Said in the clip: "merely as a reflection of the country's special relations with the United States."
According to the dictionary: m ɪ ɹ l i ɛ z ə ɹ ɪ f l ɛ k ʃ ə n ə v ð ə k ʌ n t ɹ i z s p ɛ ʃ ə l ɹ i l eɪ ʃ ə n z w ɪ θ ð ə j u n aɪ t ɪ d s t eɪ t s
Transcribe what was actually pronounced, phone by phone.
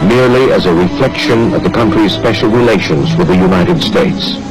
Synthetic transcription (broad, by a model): m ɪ ɹ l i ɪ z ə ɹ ɪ f l ɛ k ʃ ə n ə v ð ə k ʌ n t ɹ i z s p ɛ ʃ l ɹ i l eɪ ʃ ə n z w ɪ ð ə j u n aɪ t ɪ d s t eɪ t s